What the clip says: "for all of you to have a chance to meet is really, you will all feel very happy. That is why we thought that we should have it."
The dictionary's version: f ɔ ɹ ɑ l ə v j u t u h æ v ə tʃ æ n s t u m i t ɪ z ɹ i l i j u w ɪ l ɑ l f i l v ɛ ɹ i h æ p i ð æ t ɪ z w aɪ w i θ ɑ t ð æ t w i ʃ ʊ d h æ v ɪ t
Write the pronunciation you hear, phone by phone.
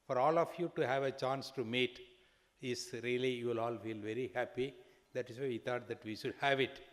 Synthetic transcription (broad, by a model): f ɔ ɹ ɑ l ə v j u t u h æ v ə tʃ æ n s t u m i t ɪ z ɹ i l i j u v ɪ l ɑ l f i l v ɛ ɹ i h æ p i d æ t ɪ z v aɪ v i t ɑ t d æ t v i ʃ ʊ d h æ v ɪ t